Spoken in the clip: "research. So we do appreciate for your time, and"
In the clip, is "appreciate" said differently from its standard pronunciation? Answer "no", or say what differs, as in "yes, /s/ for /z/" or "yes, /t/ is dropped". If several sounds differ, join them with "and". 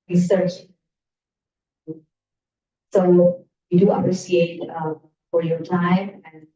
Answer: yes, /s/ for /ʃ/